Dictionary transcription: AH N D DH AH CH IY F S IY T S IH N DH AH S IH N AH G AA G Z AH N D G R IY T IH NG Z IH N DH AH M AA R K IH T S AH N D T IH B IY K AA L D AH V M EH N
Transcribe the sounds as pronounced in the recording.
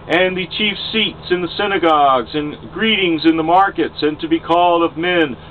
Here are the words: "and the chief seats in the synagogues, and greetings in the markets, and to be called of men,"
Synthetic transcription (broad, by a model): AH N DH AH CH IY F S IY T S IH N DH AH S IH N AH G AA G Z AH N G R IY T IH NG Z IH N DH AH M AA R K IH T S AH N T IH B IY K AA L D AH V M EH N